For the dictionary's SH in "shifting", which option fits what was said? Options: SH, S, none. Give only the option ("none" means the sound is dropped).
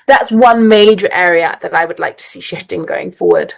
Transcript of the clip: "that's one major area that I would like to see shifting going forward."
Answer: SH